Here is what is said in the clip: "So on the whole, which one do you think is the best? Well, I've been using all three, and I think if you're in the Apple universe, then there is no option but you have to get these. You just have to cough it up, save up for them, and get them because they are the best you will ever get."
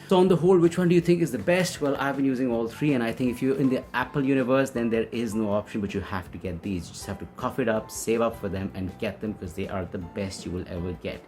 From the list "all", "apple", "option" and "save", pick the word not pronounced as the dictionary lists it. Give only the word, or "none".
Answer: none